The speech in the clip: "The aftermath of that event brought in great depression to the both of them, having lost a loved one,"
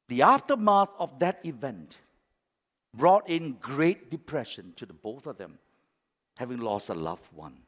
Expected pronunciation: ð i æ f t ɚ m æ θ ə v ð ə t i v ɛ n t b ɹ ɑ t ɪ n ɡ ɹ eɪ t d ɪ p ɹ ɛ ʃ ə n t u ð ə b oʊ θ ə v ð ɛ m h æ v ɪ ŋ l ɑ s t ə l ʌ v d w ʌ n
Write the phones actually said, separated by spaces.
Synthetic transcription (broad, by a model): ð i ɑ f t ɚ m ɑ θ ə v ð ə t i v ɛ n t b ɹ ɑ t ɪ n ɡ ɹ eɪ t d ɪ p ɹ ɛ ʃ ə n t u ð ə b oʊ θ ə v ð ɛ m h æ v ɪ ŋ l ɑ s t ə l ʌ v w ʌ n